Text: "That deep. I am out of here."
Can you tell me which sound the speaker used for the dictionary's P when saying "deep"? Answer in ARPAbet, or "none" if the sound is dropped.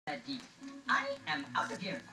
none